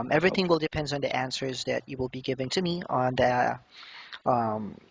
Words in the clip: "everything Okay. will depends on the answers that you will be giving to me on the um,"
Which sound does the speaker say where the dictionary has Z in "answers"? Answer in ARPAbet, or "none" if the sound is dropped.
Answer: Z